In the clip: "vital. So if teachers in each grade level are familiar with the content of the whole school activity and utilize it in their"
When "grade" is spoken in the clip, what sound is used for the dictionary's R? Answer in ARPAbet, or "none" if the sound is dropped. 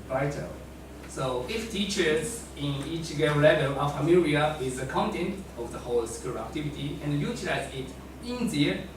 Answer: none